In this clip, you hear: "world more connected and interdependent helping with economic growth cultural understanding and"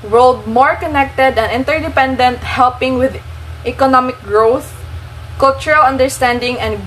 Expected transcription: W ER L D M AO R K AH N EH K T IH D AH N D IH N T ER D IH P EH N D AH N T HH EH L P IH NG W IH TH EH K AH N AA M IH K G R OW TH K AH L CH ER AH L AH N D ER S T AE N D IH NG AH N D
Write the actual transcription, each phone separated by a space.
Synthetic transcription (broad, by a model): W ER L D M AO R K AH N EH K T IH D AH N IH N T ER D IH P EH N D AH N T HH EH L P IH NG W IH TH EH K AH N AA M IH K G R OW TH K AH L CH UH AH L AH N D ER S T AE N D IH NG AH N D